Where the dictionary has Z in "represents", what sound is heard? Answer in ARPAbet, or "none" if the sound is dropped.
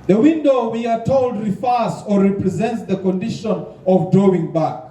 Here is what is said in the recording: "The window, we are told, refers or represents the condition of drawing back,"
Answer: Z